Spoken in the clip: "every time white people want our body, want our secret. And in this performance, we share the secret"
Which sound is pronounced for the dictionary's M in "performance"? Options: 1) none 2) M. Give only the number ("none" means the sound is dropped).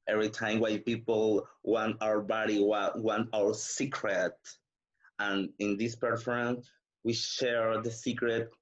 1